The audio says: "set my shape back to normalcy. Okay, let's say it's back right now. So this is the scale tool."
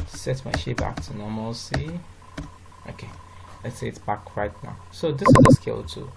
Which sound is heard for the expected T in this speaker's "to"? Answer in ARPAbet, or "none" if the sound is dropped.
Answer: T